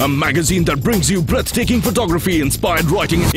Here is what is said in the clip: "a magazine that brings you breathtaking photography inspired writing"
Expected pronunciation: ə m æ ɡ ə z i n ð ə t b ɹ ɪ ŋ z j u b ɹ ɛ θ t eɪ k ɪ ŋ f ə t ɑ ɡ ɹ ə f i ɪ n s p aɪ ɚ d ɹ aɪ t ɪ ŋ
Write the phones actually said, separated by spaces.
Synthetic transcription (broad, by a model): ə m æ ɡ ə z i n ð ə t b ɹ ɪ ŋ z j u b ɹ ɛ θ t eɪ k ɪ ŋ f ə t ɑ ɡ ɹ ə f i ɪ n s p aɪ ɚ d ɹ aɪ t ɪ ŋ